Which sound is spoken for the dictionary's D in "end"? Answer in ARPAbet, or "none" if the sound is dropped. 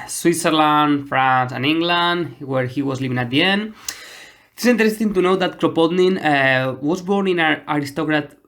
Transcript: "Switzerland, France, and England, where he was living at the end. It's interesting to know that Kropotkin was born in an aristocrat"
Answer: D